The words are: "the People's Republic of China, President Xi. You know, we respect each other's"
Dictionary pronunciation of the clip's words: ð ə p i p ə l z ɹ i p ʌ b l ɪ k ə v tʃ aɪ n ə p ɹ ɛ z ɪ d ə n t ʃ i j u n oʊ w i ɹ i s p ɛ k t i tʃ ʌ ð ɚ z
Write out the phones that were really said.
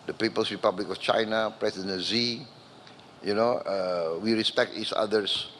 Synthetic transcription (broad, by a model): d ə p i p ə l s ɹ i p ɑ b l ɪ k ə f tʃ aɪ n ə p ɹ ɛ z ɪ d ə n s i j u n oʊ w i ɹ i s p ɛ k t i s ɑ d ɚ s